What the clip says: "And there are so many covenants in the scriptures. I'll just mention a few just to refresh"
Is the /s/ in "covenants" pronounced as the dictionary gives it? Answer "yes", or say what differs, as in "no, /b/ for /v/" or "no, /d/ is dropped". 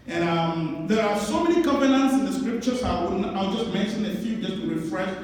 yes